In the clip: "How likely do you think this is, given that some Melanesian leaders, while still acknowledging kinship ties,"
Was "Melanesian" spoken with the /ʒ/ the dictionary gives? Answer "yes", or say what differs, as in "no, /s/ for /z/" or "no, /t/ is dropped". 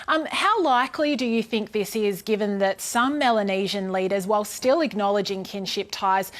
yes